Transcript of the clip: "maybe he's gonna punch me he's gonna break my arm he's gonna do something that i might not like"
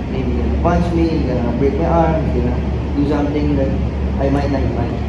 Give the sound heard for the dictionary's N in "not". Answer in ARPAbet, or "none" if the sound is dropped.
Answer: L